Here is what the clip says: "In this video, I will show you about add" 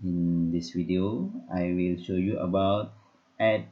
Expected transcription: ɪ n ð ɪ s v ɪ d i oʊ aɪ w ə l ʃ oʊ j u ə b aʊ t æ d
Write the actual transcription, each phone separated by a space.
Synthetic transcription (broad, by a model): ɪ n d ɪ s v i d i oʊ aɪ w ə l ʃ oʊ j u ə b aʊ t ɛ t